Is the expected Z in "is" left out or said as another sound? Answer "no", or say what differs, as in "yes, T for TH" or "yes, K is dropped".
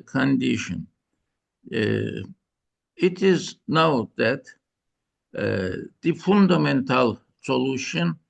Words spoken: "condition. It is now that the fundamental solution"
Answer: no